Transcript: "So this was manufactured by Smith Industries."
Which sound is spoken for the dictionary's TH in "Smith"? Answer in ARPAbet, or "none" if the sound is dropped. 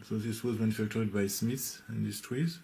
S